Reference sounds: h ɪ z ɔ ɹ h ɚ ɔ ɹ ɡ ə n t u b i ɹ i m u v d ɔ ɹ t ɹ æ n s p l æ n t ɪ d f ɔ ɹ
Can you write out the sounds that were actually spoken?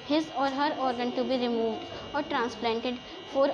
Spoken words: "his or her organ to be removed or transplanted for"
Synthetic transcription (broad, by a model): h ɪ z ɔ ɹ h ɚ ɔ ɹ ɡ ə n t u b i ɹ i m u v d ɔ ɹ t ɹ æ n s p l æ n t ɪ d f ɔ ɹ